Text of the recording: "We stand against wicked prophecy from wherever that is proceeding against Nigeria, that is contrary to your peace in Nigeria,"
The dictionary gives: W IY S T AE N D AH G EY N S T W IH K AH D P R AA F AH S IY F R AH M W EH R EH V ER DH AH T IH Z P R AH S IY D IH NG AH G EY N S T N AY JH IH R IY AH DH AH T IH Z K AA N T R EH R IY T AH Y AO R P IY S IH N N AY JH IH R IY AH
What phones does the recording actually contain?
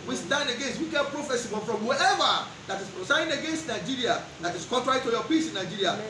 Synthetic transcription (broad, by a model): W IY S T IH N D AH G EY N S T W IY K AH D P R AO F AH S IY F R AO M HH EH EH V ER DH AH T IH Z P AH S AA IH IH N AH G EY N S T N AY JH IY R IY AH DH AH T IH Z K AA N T R EH R IY T AH Y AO P IY S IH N N AY JH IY R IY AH